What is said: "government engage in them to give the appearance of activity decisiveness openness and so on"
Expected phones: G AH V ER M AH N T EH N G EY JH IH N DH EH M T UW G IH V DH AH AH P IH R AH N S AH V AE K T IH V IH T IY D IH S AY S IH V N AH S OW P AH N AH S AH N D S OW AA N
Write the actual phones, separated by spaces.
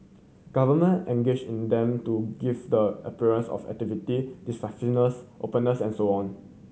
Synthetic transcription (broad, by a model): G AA V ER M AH N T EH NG G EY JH IH N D EH M T UW G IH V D AH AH P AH R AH N S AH F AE K T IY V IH T IY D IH S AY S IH N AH S OW P AH N AH S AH N S OW AA N